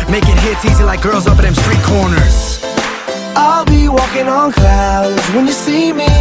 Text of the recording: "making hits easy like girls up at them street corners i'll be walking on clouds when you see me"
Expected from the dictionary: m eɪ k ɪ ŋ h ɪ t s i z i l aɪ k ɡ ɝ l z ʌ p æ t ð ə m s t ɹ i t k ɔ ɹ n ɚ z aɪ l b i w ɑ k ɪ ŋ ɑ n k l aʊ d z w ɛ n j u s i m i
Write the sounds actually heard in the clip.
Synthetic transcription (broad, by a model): m eɪ k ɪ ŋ h ɪ t s i z i l aɪ k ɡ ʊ l z ʌ p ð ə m s t ɹ i t k ɔ ɹ n ɚ z aɪ l b i w ɑ k ɪ ŋ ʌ n k l aʊ d z w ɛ n j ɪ s i m i